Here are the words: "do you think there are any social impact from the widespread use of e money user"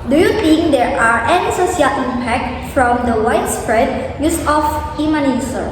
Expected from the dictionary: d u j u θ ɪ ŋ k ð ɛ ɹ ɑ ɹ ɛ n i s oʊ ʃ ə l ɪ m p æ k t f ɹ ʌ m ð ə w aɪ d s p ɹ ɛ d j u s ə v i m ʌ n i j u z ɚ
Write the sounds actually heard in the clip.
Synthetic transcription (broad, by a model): d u j u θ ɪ ŋ k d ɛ ɹ ɑ ɹ ɛ n i s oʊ s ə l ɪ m p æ k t f ɹ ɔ m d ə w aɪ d s p ɹ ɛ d j u s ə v i m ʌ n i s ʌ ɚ